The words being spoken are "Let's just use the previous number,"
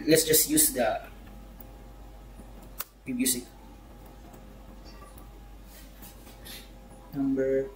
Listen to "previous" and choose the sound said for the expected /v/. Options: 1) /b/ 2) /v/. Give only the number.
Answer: 1